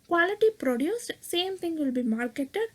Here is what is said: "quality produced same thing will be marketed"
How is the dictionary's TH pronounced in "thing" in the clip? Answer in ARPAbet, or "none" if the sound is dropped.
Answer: T